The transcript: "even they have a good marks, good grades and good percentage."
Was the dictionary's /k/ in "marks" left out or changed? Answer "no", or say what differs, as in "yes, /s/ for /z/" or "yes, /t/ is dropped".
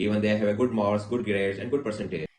yes, /k/ is dropped